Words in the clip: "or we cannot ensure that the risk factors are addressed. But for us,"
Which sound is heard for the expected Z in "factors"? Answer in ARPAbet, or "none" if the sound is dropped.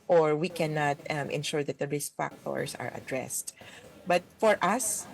S